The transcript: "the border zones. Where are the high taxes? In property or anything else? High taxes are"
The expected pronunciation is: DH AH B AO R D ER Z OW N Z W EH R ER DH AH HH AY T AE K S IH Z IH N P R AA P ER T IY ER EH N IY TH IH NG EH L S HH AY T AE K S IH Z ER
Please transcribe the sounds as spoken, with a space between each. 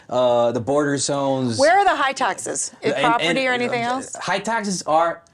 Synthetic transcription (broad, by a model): DH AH B AO R D ER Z OW N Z W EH R ER DH AH HH AY T AE K S IH Z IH P R AA P ER T IY ER EH N IY TH IH NG EH L S HH AY T AE K S IH Z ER